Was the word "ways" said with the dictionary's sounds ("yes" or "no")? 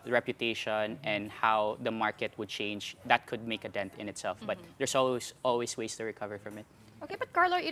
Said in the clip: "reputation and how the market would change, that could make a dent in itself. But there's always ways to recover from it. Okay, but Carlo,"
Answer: no